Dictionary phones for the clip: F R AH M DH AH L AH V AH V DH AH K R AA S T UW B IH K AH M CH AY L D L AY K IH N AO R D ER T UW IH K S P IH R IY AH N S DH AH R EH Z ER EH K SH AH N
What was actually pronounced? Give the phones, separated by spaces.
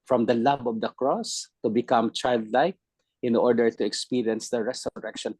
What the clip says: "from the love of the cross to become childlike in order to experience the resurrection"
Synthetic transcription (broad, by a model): F R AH M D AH L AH B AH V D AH K R AA S T UW B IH K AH M CH AY L D L AY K IH N AO R D ER T UW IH K S P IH R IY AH N S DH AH R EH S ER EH K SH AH N